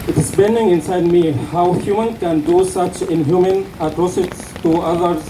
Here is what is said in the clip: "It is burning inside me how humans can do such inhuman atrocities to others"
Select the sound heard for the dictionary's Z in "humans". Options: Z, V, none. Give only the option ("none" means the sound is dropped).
none